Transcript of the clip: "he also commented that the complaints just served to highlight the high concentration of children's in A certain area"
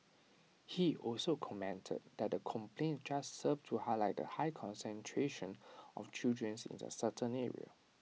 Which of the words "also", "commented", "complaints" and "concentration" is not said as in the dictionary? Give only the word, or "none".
complaints